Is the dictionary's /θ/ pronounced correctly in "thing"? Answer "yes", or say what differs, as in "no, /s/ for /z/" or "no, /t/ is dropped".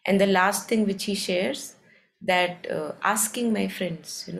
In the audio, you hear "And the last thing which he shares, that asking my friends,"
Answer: no, /t/ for /θ/